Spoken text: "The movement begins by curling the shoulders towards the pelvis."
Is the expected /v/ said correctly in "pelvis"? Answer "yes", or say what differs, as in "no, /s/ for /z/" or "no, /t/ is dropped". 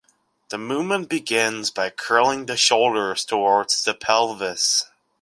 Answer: yes